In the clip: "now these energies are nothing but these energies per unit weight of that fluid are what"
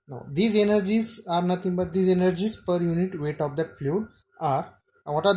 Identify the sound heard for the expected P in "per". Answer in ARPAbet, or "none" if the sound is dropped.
P